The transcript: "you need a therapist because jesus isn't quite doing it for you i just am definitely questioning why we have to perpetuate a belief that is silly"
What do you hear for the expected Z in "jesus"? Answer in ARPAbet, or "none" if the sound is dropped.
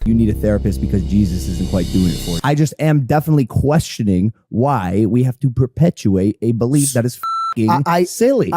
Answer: Z